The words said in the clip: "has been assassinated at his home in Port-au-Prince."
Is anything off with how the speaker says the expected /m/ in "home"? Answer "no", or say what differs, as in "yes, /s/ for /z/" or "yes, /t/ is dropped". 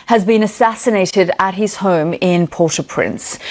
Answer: no